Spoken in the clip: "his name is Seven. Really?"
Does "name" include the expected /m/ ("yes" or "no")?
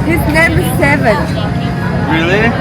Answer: yes